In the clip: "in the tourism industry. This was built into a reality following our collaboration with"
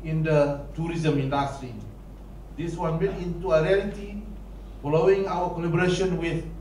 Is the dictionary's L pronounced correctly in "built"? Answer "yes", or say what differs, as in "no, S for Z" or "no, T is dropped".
no, L is dropped